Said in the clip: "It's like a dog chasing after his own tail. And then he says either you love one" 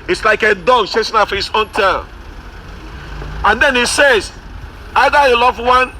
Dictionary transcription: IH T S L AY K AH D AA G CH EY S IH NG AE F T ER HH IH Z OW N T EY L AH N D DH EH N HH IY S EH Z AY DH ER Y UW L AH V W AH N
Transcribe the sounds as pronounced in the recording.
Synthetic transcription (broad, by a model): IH T S L AY K AH D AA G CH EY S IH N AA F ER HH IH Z OW N T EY N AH N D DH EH N HH IY S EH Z AY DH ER Y UW L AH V W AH N